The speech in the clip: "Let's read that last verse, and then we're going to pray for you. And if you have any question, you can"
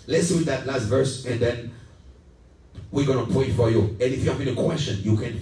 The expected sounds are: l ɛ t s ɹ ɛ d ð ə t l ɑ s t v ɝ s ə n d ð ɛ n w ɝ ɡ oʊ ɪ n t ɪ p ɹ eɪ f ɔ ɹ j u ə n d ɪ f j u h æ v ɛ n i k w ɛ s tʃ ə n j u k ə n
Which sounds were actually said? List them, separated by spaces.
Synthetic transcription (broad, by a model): l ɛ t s w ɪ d ð ə t l ɑ s t v ɝ s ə n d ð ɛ n w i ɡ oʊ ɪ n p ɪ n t f ɔ ɹ j u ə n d ɪ f j u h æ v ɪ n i k w ɛ s tʃ ə n j u k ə n